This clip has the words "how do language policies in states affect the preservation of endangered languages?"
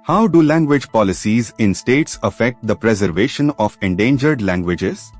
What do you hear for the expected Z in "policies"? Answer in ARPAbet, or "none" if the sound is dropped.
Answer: Z